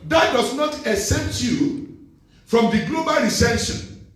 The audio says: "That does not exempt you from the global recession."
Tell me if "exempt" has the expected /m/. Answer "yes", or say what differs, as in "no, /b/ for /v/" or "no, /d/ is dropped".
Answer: no, /m/ is dropped